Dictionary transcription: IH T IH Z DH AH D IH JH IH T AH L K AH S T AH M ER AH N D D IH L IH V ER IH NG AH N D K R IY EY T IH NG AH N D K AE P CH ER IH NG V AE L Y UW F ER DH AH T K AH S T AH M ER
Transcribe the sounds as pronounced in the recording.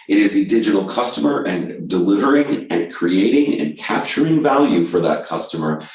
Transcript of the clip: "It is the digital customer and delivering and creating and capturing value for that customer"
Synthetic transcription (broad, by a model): IH T IH Z DH AH D IH JH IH T L K AH S T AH M ER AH N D D IH L IH V ER IH NG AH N K R IY EY T IH NG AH N K AE P CH ER IH NG V AE L Y UW F ER DH AH T K AH S T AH M ER